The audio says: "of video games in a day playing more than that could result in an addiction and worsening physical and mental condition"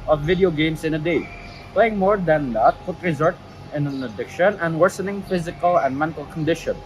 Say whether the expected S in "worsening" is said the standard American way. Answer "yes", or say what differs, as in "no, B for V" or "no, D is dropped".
yes